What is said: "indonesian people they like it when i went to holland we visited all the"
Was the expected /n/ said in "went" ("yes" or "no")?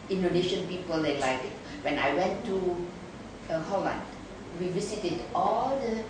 yes